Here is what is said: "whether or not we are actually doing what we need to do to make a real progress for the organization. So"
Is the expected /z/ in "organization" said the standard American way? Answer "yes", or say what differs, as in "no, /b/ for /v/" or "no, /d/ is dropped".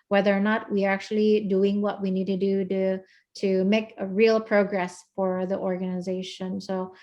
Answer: yes